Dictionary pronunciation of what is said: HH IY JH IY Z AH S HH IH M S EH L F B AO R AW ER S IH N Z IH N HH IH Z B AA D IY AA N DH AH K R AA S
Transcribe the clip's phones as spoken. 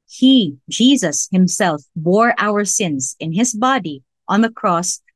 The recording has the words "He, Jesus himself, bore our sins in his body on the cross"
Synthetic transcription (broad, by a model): HH IY JH IY Z AH S HH IH M S EH L F B AO R AW ER S IH N Z IH N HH IH Z B AA D IY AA N DH AH K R AA S